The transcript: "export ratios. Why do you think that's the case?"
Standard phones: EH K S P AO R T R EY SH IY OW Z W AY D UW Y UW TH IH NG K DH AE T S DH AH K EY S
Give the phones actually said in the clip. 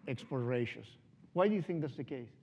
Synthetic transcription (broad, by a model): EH K S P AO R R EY SH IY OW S W AY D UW Y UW TH IH NG K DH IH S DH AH K EY S